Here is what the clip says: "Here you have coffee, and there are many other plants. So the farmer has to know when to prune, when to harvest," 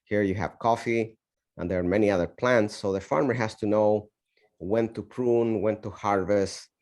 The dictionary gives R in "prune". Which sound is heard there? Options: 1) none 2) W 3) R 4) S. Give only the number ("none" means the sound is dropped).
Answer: 3